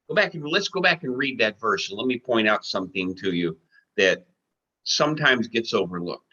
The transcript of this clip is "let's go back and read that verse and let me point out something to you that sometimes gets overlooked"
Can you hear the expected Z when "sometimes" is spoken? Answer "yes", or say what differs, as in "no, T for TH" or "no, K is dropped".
yes